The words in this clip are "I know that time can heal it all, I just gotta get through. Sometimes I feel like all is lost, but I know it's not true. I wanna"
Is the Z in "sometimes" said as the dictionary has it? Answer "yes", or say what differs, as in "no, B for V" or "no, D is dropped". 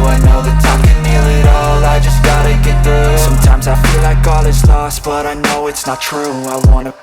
yes